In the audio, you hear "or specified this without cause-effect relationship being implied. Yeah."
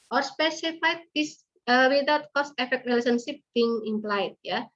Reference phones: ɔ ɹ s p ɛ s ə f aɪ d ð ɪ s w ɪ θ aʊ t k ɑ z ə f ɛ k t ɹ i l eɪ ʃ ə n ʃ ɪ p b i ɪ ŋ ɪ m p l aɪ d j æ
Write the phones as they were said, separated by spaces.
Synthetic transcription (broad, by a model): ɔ ɹ s p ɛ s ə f aɪ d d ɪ s w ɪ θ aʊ t k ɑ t ə f ɛ k t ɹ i l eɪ s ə n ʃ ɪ p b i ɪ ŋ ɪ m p l aɪ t j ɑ